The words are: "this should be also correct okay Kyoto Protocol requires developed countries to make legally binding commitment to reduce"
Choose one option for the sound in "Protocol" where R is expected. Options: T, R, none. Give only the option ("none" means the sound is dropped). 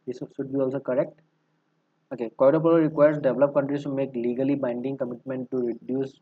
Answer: none